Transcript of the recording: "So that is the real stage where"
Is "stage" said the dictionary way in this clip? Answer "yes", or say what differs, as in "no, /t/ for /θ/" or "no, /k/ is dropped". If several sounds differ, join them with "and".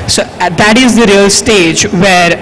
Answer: yes